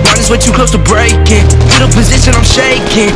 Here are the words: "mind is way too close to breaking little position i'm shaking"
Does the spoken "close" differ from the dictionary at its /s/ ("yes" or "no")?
yes